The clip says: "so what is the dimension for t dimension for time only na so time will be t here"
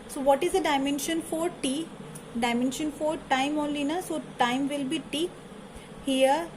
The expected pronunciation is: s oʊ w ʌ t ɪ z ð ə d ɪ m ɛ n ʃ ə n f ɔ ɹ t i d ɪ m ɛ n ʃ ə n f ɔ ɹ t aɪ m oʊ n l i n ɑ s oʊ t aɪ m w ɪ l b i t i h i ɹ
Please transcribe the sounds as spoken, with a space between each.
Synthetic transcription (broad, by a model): s oʊ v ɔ t ɪ z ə d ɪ m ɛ n ʃ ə n f ɔ ɹ t i d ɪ m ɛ n ʃ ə n f ɔ ɹ t aɪ m oʊ n l i n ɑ s oʊ t aɪ m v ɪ l b i t i h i ɹ